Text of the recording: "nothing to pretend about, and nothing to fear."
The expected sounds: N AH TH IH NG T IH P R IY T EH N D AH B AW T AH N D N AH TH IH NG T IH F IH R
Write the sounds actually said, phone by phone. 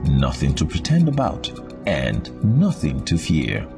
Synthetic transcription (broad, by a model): N AH TH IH NG T IH P R IY T EH N D AH B AW T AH N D N AH TH IH NG T IH F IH R